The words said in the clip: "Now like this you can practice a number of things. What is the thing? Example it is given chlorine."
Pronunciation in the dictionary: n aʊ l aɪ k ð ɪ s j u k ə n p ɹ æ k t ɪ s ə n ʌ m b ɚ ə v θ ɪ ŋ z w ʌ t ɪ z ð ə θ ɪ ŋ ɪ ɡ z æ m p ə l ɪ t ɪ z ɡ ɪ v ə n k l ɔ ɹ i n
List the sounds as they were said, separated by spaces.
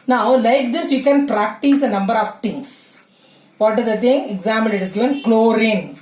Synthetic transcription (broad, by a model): n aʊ l aɪ k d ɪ s j u k ə n p ɹ æ k t ɪ s ə n ʌ m b ɚ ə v t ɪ ŋ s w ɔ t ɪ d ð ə t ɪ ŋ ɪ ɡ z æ m ə n ɪ t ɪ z ɡ ɪ v ə n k l ɔ ɹ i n